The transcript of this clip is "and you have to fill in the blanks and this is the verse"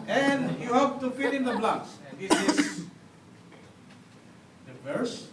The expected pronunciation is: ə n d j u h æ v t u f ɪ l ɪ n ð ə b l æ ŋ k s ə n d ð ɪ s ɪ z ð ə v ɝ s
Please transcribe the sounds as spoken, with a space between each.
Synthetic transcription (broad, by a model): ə n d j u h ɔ p t u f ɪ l ɪ n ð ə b l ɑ k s ə n d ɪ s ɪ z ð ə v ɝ s